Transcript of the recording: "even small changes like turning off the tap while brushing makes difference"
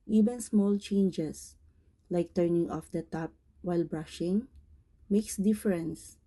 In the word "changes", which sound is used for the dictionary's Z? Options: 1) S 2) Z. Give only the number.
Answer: 1